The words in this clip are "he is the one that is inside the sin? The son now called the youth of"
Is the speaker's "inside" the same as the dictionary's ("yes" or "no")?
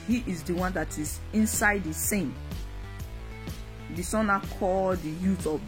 yes